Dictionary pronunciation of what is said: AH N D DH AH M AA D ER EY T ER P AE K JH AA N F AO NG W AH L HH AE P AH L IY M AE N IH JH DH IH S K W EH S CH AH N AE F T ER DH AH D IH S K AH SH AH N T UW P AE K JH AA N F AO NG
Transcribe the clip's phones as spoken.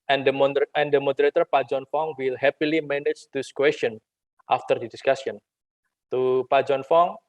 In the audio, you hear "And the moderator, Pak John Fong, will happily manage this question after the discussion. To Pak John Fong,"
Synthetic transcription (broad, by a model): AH N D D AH M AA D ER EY T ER P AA JH AA N F AO NG W AH L HH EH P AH L IY M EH N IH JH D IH S K W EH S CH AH N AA F T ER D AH D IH S K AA S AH N T UW P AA JH AA N F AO NG